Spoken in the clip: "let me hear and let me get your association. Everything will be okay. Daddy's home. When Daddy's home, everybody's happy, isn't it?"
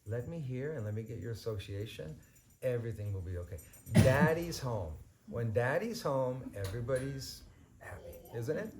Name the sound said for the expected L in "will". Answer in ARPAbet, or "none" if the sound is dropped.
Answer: L